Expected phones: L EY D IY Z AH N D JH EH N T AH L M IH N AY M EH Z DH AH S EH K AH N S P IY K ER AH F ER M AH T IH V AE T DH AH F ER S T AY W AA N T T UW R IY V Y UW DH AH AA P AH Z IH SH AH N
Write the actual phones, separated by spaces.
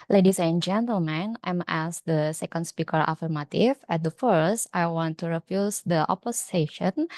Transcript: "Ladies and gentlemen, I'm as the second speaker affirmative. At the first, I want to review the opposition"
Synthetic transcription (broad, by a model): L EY D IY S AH N JH EH N T AH L M IH N AY M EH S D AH S EH K AH N S P IY K ER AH F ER M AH T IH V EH T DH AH F ER S T AY W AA N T T UW R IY F Y UW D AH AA P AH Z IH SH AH N